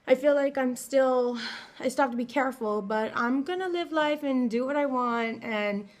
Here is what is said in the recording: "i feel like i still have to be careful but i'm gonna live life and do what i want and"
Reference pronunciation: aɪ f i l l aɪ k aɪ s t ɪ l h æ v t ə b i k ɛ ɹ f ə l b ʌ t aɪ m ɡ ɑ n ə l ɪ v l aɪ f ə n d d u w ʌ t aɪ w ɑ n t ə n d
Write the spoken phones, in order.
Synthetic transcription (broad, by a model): aɪ f i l l aɪ k aɪ s t ɪ l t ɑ p t ə b i k ɛ ɹ f l b ʌ t aɪ m ɡ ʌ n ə l ɪ v l aɪ f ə n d d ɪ w ʌ t aɪ w ɑ n t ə n